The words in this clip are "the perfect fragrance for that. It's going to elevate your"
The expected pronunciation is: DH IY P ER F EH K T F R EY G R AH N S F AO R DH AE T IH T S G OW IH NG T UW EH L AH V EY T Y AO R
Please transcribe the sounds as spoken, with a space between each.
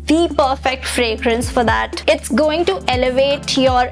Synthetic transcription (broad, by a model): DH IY P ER F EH K T F R EY G R AH N S F AO R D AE T IH T S G OW IH NG T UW EH L AH V EY T Y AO R